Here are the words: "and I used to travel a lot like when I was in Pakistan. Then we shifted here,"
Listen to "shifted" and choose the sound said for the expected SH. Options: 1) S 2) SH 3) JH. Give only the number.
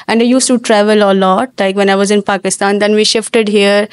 2